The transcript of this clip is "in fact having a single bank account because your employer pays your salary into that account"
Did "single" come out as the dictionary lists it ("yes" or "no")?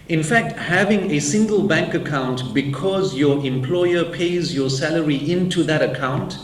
yes